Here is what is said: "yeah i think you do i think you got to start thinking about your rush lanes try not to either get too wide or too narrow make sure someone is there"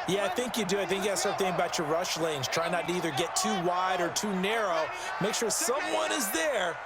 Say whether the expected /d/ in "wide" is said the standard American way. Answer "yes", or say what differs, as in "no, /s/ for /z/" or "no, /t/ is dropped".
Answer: yes